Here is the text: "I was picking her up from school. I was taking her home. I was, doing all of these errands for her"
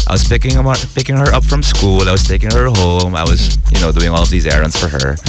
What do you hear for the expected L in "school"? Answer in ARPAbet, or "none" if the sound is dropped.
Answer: L